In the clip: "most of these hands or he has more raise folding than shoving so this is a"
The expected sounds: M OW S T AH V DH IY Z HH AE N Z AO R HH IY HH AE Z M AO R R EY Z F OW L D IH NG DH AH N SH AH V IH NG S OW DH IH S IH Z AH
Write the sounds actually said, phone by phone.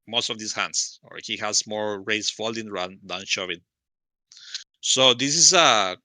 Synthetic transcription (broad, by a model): M OW S T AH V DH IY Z HH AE N S AO R HH IY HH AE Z M AO R R EY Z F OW L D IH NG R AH N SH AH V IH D S OW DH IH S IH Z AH